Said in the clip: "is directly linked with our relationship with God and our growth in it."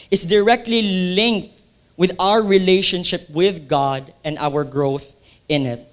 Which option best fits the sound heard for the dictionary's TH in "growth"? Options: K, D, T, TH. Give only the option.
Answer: TH